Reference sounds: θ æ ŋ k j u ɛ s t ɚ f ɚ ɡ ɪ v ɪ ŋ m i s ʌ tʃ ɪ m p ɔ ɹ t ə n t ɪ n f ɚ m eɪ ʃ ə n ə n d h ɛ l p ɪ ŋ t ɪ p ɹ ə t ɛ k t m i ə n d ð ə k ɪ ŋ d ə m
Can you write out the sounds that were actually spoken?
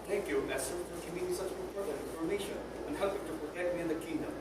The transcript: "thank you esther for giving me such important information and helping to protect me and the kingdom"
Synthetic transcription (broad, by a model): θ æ ŋ k j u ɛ s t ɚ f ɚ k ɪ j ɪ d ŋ s ʌ tʃ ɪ p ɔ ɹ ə t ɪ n f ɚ m eɪ ʃ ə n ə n h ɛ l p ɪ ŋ t ɪ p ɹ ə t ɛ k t m i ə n ð ə k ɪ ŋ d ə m